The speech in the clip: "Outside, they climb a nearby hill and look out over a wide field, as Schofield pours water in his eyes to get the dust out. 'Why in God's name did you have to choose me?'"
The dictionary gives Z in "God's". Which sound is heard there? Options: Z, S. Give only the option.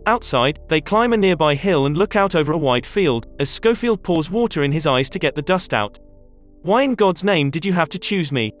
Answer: Z